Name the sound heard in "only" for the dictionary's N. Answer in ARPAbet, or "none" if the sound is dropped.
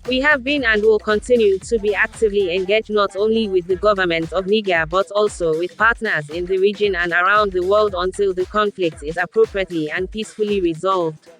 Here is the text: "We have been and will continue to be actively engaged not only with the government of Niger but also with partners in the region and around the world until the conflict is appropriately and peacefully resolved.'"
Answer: N